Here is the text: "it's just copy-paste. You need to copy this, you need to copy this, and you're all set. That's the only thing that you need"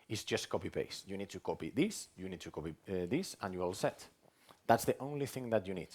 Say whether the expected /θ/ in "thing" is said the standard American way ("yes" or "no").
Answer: yes